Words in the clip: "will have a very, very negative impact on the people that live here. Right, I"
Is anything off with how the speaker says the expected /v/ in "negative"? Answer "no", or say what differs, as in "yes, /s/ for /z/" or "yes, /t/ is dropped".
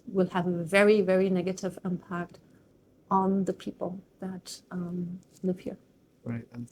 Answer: no